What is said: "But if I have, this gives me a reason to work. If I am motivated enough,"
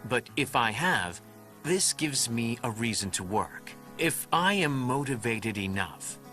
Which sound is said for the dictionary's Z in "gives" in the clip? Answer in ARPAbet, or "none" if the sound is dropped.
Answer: Z